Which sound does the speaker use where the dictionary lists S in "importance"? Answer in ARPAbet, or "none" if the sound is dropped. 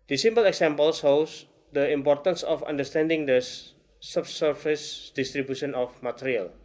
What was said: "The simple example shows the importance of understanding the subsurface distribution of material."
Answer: S